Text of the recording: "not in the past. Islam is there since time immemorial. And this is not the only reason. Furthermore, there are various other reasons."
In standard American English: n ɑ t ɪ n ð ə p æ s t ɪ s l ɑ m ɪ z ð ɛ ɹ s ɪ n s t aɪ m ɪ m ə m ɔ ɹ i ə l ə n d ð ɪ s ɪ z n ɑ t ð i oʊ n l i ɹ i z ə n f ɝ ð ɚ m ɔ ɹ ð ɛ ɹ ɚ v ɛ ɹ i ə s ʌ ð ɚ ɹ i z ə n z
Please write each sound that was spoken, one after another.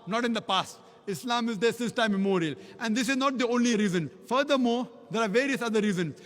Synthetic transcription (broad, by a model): n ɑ t ɪ n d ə p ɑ s t ɪ s l ɑ m ɪ z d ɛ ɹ s ɪ n s t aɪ ɪ m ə m ɔ ɹ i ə l ə n d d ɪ s ɪ z n ɑ t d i oʊ n l i ɹ i z ə n f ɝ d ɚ m ɔ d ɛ ɹ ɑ v ɛ ɹ i ə s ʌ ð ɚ ɹ i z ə n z